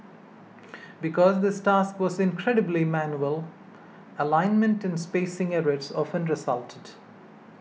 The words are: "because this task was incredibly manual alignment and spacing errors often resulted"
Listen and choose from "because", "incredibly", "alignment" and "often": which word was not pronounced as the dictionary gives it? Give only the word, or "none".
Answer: none